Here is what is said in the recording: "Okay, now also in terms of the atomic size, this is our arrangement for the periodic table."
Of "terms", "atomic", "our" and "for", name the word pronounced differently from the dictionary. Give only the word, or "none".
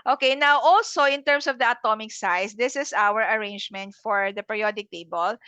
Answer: terms